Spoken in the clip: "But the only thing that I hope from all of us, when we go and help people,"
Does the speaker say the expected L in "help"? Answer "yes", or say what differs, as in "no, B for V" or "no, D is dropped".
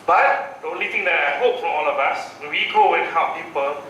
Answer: no, L is dropped